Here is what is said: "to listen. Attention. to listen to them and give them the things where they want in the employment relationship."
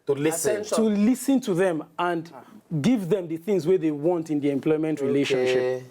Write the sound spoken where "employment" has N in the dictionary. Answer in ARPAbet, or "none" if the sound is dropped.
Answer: N